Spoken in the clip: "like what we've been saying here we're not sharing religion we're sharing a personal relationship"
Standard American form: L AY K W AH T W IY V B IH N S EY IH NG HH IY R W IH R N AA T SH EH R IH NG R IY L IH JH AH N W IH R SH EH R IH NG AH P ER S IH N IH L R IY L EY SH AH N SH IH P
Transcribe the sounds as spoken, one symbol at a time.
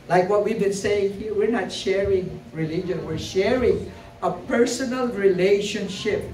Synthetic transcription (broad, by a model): L AY K W AH T W IY V B IH N S EY IH NG HH IY R W IH R N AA T SH EH R IH NG R IY L IH JH AH N W IH R SH EH R IH NG AH P ER S IH N IH L R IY L EY SH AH N SH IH P